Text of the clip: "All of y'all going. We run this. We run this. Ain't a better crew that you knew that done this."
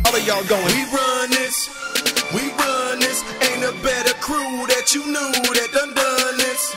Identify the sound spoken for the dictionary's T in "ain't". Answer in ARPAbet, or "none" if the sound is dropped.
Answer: none